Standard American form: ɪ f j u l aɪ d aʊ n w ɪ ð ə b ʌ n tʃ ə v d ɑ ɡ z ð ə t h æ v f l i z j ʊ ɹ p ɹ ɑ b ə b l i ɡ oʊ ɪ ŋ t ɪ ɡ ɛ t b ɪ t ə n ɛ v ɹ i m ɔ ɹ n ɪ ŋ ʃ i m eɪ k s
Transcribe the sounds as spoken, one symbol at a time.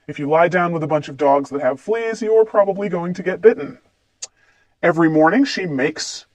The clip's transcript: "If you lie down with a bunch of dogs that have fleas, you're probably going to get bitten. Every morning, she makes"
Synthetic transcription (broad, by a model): ɪ f j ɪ l aɪ d aʊ n w ɪ ð ə b ʌ n tʃ ə v d ɑ ɡ z ð ə t h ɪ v f l i z j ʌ ɹ p ɹ ɑ b ə b l i ɡ oʊ ɪ ŋ t ɪ ɡ ɛ t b ɪ t n ɛ v ɹ i m ɔ ɹ n ɪ ŋ ʃ i m eɪ k s